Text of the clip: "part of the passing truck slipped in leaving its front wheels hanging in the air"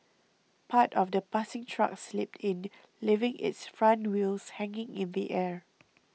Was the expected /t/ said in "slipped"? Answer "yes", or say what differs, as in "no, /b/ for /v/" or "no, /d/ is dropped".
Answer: yes